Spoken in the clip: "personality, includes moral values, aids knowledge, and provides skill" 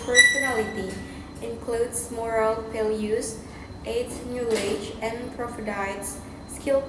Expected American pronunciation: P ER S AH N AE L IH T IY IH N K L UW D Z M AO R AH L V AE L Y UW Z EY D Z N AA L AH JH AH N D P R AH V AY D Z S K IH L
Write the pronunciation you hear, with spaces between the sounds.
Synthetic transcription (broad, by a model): P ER S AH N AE L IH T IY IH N K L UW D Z M AO R AH L P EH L Y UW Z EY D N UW AH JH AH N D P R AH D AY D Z S K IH L